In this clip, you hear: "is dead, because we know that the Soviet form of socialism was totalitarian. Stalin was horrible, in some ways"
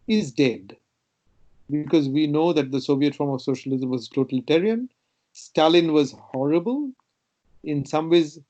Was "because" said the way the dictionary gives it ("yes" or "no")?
yes